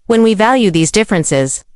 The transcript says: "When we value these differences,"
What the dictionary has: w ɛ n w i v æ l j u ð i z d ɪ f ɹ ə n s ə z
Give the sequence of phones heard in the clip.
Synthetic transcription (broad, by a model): w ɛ n w i v æ l j u ð i z d ɪ f ɹ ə n s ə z